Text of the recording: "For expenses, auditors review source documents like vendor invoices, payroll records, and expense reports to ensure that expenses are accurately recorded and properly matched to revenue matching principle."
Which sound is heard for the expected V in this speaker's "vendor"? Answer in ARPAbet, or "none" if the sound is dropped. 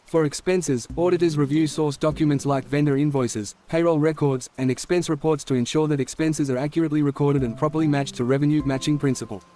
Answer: V